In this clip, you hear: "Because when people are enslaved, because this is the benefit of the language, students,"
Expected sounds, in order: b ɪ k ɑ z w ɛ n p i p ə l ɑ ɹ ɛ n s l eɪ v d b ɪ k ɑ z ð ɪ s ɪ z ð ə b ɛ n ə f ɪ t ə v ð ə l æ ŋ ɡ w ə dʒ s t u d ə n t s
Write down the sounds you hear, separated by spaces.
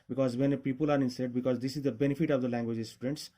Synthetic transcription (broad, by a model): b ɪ k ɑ z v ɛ n p i p ə l ɑ ɹ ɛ n s eɪ d b ɪ k ɑ z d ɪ s ɪ z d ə b ɛ n ə f ɪ t ə v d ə l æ ŋ ɡ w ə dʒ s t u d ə n t s